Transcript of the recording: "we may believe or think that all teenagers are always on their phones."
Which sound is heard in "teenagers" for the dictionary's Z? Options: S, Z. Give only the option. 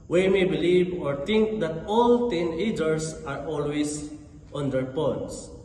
S